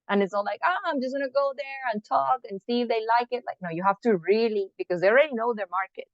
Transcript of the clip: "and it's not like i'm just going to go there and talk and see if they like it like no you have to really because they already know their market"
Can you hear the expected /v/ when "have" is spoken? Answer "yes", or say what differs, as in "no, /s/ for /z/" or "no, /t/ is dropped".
no, /f/ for /v/